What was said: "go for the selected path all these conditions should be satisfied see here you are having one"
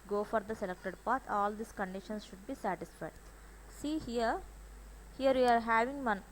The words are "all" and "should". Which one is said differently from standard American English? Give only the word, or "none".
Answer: none